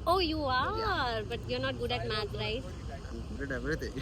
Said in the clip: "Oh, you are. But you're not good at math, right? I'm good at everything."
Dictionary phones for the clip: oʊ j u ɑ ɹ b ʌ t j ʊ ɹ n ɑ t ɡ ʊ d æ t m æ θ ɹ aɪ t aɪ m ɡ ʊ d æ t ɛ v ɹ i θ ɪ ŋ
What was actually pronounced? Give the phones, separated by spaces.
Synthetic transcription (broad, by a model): oʊ j u ɑ ɹ b ʌ t j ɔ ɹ n ɑ t ɡ ʊ d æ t m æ t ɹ aɪ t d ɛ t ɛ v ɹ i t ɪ